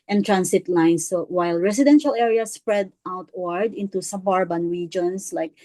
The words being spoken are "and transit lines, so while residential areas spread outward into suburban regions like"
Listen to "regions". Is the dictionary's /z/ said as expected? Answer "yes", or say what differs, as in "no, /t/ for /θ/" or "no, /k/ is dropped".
no, /s/ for /z/